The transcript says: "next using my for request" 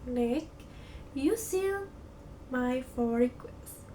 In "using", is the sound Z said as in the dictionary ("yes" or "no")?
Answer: no